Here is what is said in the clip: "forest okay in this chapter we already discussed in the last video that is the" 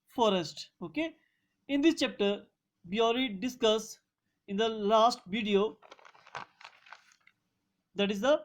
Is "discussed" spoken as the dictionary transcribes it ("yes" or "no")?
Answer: no